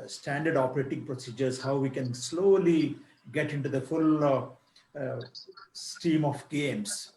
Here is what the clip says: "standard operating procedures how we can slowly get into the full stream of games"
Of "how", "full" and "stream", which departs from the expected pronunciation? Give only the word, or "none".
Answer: stream